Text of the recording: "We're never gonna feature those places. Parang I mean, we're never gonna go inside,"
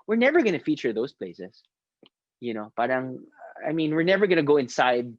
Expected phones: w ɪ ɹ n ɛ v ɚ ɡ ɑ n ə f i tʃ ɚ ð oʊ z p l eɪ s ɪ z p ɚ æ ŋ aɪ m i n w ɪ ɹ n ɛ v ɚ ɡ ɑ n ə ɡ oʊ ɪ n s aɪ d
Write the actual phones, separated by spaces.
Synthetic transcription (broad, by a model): w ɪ ɹ n ɛ v ɚ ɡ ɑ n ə f i tʃ ɚ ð oʊ s p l eɪ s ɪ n p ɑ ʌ ŋ aɪ m i n w ɪ ɹ n ɛ v ɚ ɡ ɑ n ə ɡ oʊ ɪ n s aɪ d